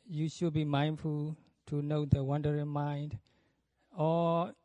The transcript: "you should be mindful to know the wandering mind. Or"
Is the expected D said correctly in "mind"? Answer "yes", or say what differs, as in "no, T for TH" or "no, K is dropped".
yes